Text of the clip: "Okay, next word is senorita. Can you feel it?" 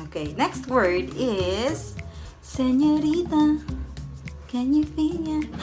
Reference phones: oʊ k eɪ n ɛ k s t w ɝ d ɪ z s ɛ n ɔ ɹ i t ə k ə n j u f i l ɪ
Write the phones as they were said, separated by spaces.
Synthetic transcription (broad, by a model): oʊ k eɪ n ɛ k s t w ɝ d ɪ z s ɛ n ɔ ɹ i t ə k ə n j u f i n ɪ